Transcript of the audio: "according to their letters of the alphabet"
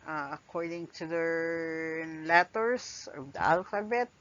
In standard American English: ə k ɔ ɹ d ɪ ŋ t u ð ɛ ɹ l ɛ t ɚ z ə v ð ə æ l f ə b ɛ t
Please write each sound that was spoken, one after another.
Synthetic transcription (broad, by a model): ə k ɔ ɹ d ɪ ŋ t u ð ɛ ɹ l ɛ t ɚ s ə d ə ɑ l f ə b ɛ t